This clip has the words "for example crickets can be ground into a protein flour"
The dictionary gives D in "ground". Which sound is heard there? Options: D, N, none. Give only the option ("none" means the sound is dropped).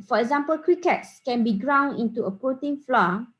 none